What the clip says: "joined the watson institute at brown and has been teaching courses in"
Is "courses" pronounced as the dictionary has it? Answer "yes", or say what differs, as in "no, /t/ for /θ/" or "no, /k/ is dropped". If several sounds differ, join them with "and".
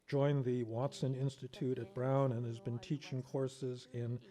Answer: yes